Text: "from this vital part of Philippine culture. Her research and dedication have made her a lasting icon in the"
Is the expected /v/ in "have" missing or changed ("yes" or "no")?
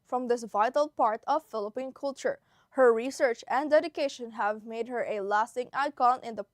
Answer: no